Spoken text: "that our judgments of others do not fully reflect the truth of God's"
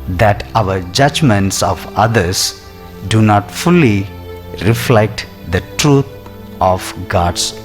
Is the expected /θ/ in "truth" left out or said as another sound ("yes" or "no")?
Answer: yes